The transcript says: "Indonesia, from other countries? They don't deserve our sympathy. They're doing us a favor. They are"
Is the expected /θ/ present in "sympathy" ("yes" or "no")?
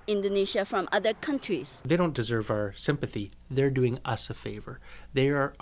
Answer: yes